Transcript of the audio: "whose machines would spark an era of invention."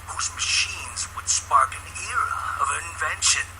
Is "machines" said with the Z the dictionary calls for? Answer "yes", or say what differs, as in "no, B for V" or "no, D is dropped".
yes